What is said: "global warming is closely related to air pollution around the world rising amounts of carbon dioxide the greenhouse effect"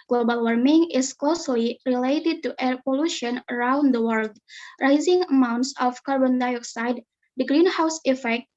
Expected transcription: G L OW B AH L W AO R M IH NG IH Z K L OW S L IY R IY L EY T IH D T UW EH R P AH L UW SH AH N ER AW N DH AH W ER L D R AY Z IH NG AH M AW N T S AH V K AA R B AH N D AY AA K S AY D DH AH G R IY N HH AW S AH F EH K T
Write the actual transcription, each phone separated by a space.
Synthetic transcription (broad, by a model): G L OW B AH L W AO R M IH NG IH S K L OW S L IY R IY L EY T IH D T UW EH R P AH L UW SH AH N ER AW N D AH W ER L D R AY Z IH NG AH M AW N T S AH F K AA R B AH N D AY AA K S AY D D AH G R IY N HH AW S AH F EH K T